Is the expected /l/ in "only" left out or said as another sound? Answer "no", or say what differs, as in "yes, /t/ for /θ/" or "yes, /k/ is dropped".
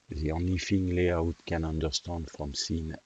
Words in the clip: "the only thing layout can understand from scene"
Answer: yes, /l/ is dropped